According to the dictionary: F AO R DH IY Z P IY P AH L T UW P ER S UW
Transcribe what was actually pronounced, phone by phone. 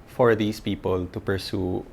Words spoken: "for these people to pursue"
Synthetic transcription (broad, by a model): F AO R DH IY S P IY P AH L T UW P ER S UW